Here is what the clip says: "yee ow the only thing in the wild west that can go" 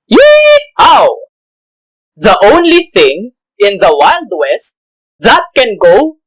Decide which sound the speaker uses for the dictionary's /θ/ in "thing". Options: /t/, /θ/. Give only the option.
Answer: /θ/